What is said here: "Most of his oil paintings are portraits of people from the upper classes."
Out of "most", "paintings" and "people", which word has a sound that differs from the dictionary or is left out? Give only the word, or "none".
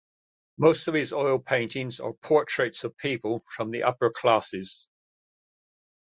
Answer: none